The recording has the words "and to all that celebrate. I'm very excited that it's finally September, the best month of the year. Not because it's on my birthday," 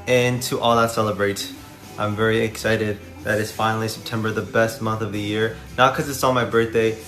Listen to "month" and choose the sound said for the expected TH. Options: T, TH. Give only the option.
TH